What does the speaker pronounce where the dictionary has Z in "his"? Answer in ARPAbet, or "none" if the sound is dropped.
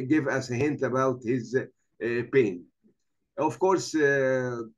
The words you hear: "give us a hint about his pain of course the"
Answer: Z